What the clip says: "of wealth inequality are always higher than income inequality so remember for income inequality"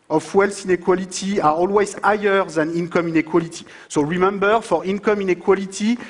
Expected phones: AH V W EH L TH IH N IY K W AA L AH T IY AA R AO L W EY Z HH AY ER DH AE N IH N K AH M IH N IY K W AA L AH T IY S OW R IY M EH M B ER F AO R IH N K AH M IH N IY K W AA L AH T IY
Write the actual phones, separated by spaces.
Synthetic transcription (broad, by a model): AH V W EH L S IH N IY K W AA L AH T IY AA R AO L W EY Z AY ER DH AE N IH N K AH M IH N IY K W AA L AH T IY S OW R IY M EH M B ER F AO R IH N K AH M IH N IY K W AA L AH T IY